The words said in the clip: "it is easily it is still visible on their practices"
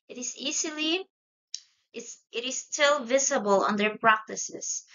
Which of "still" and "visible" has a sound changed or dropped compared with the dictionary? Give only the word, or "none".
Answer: none